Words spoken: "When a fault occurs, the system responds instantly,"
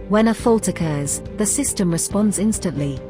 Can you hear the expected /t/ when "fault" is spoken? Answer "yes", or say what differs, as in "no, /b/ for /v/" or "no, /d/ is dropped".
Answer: yes